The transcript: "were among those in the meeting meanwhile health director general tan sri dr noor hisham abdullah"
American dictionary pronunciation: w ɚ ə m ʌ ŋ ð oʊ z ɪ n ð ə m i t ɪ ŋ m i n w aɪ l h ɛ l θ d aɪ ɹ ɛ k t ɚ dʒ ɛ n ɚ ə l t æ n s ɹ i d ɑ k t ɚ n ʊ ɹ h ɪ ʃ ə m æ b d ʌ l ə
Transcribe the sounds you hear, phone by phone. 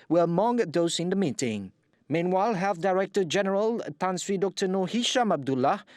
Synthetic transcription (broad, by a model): w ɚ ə m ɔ ŋ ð oʊ s ɪ n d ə m i t ɪ ŋ m i n w aɪ l h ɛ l f d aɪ ɹ ɛ k t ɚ dʒ ɛ n ɚ ə l t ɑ n s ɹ i d ɑ k t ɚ n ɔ h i ʃ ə m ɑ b d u l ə